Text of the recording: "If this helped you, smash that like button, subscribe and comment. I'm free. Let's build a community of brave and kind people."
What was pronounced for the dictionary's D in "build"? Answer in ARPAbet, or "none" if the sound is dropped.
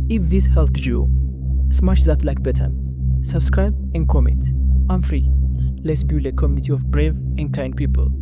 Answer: none